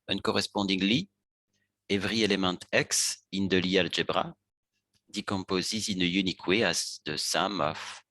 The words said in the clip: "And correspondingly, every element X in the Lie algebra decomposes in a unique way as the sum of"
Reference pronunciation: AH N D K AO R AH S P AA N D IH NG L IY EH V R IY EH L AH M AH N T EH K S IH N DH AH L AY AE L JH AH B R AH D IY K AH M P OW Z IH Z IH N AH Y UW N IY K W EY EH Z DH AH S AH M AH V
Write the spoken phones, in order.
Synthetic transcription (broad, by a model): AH N K AO R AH S P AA D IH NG L IY EH V R IY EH L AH M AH T EH K S IH N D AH L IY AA L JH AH B R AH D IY K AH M P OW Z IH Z IH N AH Y UW N IY K W EY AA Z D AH S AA M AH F